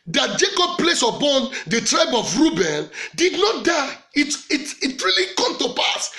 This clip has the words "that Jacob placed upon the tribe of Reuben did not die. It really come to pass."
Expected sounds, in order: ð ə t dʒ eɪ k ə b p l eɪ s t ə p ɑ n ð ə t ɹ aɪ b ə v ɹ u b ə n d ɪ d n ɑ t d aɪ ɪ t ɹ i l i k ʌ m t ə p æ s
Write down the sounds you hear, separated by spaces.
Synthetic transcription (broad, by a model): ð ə t dʒ eɪ k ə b p l eɪ s ə p ɑ n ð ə t ɹ aɪ b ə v ɹ u b ə n d ɪ d n ɑ t d aɪ ɪ t ɹ i l i k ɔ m t ə p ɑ s